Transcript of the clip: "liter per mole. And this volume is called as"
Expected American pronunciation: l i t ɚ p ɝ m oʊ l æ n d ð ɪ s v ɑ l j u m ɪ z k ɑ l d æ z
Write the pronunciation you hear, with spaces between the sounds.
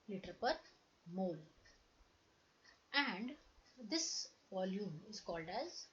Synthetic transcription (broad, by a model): l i t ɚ p ɝ m oʊ l æ n d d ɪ s v ɑ l j u m ɪ z k ɑ l d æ z